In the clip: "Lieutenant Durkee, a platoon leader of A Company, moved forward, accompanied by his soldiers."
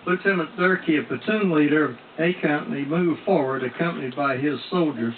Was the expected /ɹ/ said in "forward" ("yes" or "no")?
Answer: yes